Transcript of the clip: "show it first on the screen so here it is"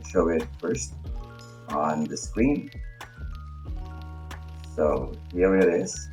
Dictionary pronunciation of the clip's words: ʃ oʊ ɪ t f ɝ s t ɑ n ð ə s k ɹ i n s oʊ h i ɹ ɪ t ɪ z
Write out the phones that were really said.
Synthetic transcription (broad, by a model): ʃ oʊ ɪ t f ɝ s t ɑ n ð ə s k ɹ i n s oʊ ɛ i ɪ t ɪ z